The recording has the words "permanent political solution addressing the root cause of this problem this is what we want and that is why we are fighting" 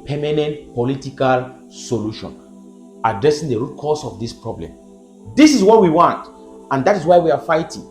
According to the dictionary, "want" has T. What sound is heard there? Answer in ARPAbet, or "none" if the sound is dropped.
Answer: T